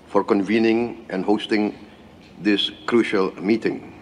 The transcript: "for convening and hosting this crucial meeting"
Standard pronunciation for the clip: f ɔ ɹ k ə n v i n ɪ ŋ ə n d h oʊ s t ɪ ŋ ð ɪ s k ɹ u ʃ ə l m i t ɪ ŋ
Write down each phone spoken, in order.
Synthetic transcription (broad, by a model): f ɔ ɹ k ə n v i n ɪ ŋ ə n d h oʊ s t ɪ ŋ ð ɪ s k ɹ u ʃ ə l m i t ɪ ŋ